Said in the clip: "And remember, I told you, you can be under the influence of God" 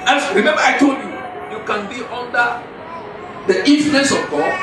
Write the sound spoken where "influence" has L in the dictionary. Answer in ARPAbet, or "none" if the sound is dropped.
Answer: none